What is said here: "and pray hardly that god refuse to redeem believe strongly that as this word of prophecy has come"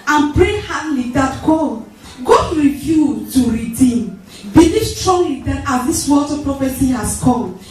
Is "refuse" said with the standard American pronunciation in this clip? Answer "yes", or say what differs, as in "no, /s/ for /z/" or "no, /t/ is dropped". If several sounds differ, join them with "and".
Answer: no, /z/ is dropped